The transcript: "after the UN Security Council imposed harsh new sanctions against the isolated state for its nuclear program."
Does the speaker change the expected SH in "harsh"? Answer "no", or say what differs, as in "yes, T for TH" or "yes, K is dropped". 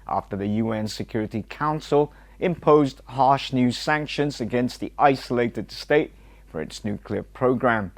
no